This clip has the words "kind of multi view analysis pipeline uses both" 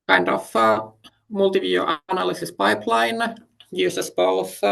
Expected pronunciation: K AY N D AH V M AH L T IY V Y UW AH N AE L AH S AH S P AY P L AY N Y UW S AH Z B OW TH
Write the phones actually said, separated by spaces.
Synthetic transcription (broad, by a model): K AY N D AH F M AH L T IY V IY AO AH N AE L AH S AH S P AY P L AY N Y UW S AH S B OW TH